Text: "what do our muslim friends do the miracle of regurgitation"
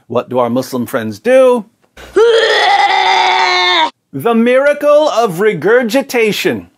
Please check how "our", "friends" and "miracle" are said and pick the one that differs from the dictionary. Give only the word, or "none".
none